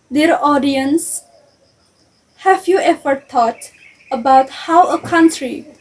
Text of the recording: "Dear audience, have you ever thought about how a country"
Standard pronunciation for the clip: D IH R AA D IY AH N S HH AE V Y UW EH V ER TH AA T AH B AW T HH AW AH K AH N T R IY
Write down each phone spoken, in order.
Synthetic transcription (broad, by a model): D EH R AA D IY AH N S HH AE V Y UW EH F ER T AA T AH B AW T HH AW AH K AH N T R IY